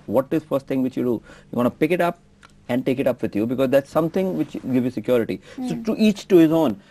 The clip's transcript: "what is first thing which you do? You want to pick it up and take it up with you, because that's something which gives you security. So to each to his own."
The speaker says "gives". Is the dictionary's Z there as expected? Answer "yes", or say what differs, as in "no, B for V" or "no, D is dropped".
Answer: no, Z is dropped